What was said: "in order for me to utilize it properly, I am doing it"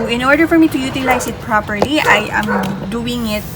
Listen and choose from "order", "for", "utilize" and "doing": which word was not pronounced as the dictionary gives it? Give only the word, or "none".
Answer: utilize